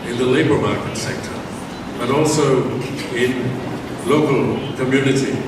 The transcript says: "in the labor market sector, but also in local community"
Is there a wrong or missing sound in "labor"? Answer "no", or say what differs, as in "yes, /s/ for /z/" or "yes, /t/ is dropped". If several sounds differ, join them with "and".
no